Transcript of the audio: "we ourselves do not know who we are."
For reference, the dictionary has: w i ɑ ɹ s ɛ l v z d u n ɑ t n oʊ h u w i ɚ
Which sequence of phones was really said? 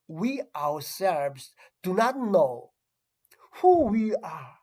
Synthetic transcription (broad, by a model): w i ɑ w s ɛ l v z d u n ɑ t n oʊ h u w i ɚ